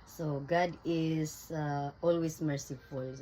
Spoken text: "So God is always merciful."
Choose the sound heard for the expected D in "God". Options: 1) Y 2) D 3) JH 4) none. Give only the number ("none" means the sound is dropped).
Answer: 2